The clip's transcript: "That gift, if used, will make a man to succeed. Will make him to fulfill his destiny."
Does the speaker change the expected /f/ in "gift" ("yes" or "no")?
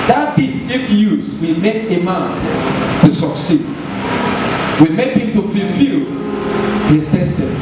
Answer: yes